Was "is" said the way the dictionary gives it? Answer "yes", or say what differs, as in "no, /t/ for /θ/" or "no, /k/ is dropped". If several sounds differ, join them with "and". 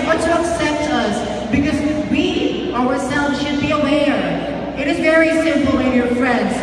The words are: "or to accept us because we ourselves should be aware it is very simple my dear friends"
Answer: yes